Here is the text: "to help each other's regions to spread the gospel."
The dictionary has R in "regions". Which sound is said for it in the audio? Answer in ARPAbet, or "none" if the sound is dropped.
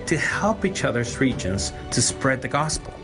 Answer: R